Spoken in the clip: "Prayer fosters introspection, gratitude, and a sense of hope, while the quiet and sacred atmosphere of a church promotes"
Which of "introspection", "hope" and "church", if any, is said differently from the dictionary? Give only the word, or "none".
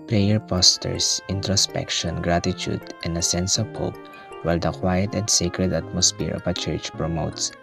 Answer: none